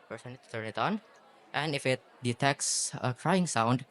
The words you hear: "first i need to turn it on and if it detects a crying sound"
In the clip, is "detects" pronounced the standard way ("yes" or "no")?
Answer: yes